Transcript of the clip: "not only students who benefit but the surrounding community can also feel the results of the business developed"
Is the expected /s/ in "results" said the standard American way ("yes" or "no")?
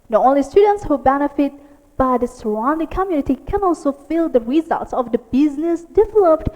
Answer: yes